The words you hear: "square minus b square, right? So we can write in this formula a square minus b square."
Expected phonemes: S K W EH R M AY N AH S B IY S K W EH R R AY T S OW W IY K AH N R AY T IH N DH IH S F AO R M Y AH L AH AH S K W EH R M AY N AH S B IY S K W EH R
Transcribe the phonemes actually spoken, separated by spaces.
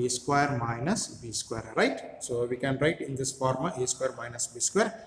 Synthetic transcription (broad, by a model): S K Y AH R M AY N AH S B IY S K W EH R R AY T S OW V IY K AH N R AY T IH N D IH S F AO R M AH AH S K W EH R M AY N AH S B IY S K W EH R